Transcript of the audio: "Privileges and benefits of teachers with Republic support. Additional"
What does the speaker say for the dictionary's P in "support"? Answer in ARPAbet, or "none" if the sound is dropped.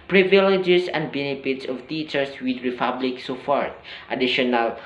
F